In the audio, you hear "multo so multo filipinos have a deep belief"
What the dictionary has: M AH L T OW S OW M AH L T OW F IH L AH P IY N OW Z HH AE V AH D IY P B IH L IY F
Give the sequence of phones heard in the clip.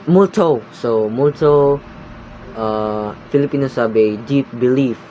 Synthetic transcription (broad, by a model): M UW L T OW S OW M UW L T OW F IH L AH P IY N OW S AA B AH D IY P B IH L IY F